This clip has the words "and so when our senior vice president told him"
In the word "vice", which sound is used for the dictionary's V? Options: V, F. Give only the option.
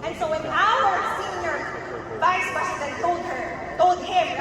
V